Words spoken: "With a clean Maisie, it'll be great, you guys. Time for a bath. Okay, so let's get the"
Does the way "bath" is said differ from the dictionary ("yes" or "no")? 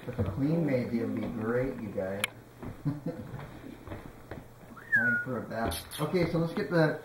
yes